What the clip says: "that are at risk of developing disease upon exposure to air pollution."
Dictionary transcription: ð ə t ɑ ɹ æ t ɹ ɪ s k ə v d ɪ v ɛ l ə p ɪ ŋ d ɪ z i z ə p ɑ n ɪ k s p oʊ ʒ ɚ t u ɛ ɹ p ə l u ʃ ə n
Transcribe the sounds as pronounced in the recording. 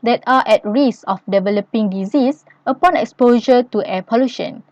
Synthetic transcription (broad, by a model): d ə t ɑ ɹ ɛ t ɹ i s ə f d ɪ v ɛ l ə p ɪ ŋ d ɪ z i s ə p ɑ n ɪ k s p oʊ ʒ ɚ t u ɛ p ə l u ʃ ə n